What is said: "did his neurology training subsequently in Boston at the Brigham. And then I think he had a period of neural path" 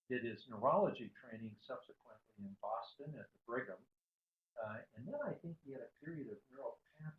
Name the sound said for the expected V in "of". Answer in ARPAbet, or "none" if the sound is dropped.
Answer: V